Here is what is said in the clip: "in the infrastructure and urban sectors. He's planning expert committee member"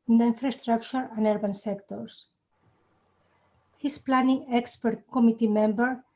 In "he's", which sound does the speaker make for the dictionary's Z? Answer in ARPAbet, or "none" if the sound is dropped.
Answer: S